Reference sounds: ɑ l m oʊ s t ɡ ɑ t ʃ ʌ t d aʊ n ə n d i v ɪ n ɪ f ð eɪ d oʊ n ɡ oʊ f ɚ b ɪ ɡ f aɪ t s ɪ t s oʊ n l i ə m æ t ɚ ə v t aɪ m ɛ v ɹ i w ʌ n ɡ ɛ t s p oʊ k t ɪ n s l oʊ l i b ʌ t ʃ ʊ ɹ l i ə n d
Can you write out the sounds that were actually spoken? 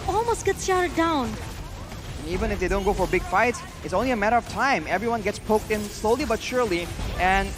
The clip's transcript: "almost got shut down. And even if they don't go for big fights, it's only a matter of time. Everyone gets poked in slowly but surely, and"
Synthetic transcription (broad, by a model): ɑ l m oʊ s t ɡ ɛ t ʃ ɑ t d aʊ n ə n i v ɪ n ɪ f ð eɪ d oʊ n ɡ oʊ f ɚ b ɪ ɡ f aɪ t s ɪ t s oʊ n l i ə m æ t ɚ ə v t aɪ m ɛ v ɹ i w ʌ n ɡ ɛ t s p oʊ k t ɪ n s l oʊ l i b ʌ t ʃ ʊ ɹ l i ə n